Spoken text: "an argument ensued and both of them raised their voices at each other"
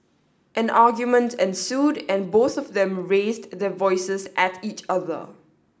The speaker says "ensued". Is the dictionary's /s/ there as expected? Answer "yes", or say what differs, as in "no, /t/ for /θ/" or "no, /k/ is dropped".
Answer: yes